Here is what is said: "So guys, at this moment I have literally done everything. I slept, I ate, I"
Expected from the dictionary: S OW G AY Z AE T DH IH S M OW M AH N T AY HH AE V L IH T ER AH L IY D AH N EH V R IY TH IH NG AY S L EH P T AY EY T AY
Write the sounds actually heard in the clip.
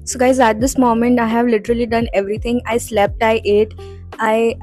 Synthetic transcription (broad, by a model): S OW G AY Z AE T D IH S M OW M AH N T AY HH AE V L IH T ER AH L IY D AH N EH V R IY T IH NG AY S L EH P T AY EY T AY